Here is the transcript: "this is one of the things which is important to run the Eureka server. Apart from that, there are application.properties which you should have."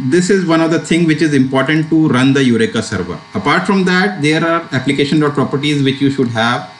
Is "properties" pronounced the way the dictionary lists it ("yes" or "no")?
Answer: yes